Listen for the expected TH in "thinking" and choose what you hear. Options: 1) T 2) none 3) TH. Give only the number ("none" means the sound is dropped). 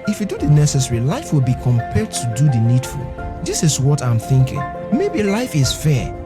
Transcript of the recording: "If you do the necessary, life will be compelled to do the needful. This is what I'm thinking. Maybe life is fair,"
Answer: 3